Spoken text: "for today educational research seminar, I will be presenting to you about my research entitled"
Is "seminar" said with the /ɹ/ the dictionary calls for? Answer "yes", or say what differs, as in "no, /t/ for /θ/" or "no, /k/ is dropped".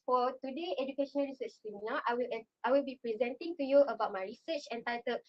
no, /l/ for /ɹ/